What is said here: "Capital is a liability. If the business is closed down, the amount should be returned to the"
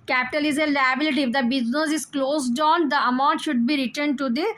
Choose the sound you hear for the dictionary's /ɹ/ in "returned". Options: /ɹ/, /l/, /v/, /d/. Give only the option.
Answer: /ɹ/